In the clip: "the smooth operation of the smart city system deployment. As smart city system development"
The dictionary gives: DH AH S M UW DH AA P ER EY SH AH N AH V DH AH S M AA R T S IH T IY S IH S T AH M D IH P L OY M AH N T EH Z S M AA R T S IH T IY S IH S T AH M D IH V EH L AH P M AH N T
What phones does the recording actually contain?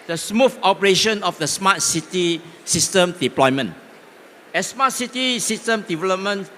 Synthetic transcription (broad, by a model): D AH S M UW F AA P ER EY SH AH N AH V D AH S M AA T S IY T IY S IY S T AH M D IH P L OY M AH N EH S M AA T S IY T IY S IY S T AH M D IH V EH L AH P M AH N